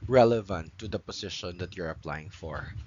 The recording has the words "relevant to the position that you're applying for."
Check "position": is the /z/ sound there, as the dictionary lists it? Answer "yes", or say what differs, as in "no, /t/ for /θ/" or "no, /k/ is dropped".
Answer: no, /s/ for /z/